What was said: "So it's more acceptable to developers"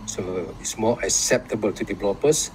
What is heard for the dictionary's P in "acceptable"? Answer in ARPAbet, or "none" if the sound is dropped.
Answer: P